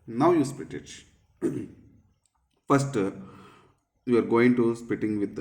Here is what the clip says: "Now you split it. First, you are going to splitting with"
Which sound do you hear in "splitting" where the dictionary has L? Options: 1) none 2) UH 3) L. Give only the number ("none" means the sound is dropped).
1